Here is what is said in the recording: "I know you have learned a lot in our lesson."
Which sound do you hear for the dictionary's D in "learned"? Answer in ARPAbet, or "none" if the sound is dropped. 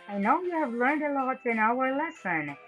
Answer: D